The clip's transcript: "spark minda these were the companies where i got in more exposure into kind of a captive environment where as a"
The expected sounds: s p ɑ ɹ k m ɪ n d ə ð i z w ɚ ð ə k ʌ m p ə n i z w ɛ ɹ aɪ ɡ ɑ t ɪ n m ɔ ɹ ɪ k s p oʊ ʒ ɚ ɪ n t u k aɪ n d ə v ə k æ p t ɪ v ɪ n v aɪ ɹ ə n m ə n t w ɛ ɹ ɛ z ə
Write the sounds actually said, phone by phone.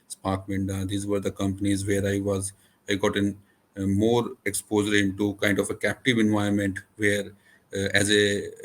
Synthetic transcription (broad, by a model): s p ɑ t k m ɪ n d ə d i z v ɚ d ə k ʌ m p ə n i z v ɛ ɹ aɪ ɡ ɑ t ɪ n m ɔ ɹ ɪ k s p oʊ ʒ ɚ ɪ n t u k aɪ n d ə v ə k æ p t ɪ v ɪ n v aɪ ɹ m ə n t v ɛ ɹ ɛ z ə